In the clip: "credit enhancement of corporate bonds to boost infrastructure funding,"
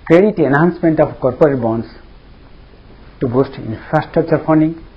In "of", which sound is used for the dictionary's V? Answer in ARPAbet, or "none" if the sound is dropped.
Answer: P